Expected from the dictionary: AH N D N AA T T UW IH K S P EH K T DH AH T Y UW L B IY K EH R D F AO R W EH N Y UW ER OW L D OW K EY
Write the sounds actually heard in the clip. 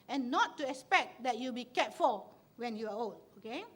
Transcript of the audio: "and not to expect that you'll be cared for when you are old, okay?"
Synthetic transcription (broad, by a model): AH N N AA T T UW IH K S P EH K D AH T Y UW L B IY K EH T F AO L W EH N Y UW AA OW L D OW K EY